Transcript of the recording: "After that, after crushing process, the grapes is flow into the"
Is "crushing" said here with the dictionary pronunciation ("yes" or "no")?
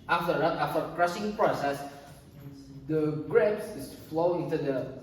no